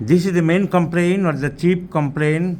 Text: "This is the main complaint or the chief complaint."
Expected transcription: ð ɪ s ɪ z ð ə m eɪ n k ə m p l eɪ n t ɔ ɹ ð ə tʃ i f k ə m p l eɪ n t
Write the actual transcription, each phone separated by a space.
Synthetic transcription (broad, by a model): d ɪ s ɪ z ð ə m eɪ n k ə m p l eɪ n ɔ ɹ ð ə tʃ i p k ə m p l eɪ n